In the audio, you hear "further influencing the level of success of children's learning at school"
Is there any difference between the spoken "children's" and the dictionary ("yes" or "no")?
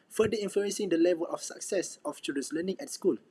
yes